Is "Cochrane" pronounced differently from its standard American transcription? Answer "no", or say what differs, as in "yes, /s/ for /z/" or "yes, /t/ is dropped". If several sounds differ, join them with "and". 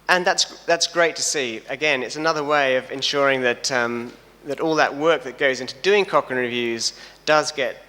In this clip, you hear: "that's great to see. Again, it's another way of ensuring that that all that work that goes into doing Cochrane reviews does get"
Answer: yes, /ɹ/ is dropped